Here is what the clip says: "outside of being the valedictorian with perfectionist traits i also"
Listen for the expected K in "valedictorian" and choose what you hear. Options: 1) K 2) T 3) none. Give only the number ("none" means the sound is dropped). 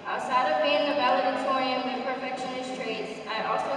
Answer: 3